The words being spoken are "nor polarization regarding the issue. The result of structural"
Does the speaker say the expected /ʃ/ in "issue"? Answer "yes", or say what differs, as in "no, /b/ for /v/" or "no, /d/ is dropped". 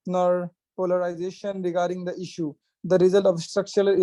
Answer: yes